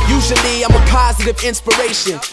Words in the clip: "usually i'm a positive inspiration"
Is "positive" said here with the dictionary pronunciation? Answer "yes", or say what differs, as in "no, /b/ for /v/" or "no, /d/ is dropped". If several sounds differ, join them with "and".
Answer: yes